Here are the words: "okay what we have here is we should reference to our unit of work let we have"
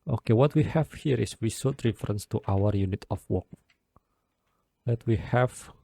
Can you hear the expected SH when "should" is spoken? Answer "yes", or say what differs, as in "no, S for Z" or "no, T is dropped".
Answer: no, S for SH